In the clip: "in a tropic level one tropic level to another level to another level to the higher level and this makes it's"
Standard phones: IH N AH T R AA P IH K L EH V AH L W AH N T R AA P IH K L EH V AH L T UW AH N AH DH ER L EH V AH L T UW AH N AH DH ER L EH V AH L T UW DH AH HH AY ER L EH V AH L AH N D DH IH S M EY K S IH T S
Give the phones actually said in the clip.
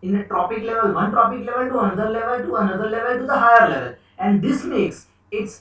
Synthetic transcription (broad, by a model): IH N AH T R AA P IH K L EH V AH L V AH N T R AA P IH K L EH V AH L T UW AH N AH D ER L EH V AH L T UW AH N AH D ER L EH V AH L T UW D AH HH AY ER L EH V AH L AH N D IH S M EY K S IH T S